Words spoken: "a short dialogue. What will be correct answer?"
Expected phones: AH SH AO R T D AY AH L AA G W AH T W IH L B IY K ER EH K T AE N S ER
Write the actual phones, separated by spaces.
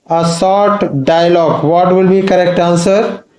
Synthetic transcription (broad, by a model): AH S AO R T D AY AH L AA G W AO T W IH L B IY K ER EH K T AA N S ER